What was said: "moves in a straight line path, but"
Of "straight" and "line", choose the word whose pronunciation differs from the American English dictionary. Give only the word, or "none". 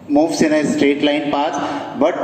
none